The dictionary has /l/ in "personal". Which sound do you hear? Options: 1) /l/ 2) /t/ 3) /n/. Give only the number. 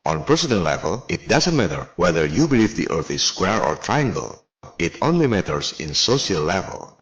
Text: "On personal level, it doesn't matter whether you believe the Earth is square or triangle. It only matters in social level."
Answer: 3